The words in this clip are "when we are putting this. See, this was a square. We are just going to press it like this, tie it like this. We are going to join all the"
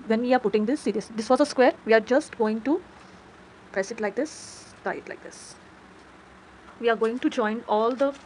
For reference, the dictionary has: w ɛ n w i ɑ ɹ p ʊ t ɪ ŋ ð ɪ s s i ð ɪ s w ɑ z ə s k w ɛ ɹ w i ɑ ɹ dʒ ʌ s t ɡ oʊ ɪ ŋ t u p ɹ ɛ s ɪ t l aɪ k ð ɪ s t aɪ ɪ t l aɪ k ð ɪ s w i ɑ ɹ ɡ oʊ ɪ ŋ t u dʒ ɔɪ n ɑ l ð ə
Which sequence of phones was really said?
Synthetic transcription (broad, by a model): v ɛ n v i ɑ ɹ p ʊ t ɪ ŋ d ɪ s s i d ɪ s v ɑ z ə s k w ɛ ɹ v i ɑ ɹ dʒ ʌ s t ɡ oʊ ɪ ŋ t u p ɹ ɛ s ɪ t l aɪ k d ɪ s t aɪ ɪ t l aɪ k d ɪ s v i ɑ ɹ ɡ oʊ ɪ ŋ t u dʒ ɔɪ n ɑ l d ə